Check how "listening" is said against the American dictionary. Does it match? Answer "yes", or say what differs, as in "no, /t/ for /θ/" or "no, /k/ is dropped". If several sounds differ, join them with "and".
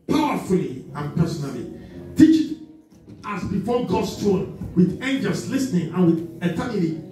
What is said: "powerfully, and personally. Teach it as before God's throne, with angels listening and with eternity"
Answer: yes